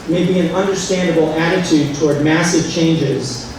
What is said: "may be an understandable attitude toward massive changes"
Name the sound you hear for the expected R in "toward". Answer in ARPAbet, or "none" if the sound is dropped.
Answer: R